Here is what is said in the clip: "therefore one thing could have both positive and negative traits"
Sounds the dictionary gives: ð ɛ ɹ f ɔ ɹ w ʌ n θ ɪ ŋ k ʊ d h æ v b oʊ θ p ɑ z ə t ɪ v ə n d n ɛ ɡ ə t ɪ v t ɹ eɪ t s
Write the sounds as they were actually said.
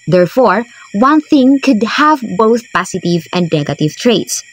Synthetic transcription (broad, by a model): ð ɛ ɹ f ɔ ɹ w ʌ n θ ɪ ŋ k ʊ d h æ v b oʊ θ p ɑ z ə t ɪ v ə n d n ɛ ɡ ə t ɪ v t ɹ eɪ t s